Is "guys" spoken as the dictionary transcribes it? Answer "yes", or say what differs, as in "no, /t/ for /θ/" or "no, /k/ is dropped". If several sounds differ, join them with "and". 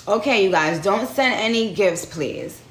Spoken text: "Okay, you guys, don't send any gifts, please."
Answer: yes